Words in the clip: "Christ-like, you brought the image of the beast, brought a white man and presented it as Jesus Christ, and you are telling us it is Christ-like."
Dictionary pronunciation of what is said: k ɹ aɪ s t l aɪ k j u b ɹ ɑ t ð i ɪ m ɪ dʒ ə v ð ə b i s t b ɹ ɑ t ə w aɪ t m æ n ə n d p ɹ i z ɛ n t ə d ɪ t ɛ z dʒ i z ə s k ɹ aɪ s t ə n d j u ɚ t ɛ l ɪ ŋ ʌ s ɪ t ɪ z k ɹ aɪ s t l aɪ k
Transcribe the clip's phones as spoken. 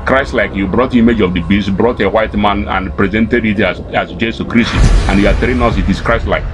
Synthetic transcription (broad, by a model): k ɹ aɪ s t l aɪ k j u b ɹ ɑ t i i m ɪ dʒ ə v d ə b i s t b ɹ ɑ t ə w aɪ t m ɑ n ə n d p ɹ i z ɛ n t ə d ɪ t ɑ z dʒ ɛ s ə k ɹ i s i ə n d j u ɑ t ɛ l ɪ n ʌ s ɪ t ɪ s k ɹ aɪ s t l aɪ k